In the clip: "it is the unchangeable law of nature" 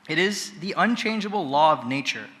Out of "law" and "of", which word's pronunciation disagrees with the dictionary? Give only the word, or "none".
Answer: none